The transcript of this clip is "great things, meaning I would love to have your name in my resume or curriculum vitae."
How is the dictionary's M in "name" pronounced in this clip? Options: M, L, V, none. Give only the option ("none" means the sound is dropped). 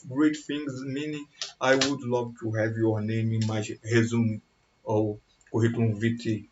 M